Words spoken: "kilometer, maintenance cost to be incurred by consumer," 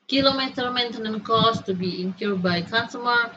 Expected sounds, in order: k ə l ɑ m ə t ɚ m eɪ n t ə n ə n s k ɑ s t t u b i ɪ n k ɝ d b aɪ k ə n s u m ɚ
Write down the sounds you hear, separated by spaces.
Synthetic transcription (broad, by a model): k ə l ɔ m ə t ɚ m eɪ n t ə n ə n k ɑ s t t u b i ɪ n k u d b aɪ k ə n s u m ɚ